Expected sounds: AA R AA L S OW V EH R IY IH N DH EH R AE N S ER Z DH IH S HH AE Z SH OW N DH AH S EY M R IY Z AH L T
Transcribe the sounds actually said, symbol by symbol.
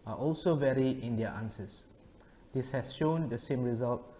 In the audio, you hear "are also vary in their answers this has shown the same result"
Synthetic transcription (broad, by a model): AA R AA L S OW V EH R IY IH N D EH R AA N S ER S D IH S HH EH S SH OW N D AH S EY M R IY Z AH L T